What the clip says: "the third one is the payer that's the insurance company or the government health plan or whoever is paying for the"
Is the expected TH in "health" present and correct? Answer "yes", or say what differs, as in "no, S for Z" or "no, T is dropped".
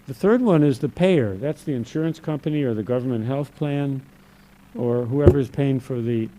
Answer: yes